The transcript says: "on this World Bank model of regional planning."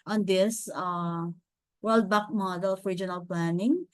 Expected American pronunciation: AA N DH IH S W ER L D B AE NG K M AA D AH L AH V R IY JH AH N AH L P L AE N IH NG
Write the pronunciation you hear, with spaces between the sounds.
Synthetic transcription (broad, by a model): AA N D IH S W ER L D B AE K M AA D AH L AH F R IY JH AH N AH L P L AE N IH NG